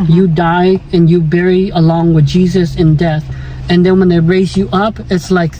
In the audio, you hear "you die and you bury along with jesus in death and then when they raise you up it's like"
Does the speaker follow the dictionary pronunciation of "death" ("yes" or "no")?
yes